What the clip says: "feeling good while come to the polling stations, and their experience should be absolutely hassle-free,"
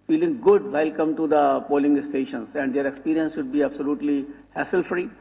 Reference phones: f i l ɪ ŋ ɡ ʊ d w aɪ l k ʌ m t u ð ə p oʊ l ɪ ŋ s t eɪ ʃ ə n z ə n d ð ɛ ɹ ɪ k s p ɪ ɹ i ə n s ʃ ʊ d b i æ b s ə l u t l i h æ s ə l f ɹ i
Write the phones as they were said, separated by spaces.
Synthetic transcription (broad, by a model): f i l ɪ ŋ ɡ ʊ d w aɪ l k ʌ m t u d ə p oʊ l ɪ ŋ s t eɪ ʃ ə n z ə n d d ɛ ɹ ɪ k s p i ɹ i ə n s ʃ ʊ d b i æ b s ə l u t l i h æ s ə l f ɹ i